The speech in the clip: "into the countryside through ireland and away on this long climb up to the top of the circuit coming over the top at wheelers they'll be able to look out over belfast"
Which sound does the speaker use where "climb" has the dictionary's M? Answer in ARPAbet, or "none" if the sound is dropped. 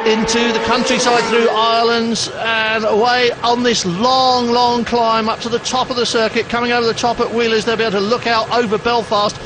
M